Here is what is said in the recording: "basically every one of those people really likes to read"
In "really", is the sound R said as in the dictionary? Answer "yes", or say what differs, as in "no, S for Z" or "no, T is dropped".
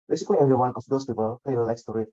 no, L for R